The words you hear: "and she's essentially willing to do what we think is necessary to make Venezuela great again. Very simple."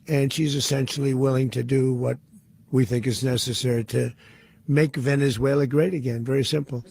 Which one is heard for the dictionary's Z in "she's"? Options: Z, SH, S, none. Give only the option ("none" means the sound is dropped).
Z